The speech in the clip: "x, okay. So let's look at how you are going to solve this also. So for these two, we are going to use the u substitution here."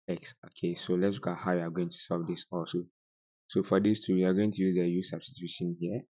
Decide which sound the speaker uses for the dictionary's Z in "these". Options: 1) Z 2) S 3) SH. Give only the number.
2